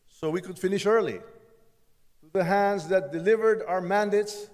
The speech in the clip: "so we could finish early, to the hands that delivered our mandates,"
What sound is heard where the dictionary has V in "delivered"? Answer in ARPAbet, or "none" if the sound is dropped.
V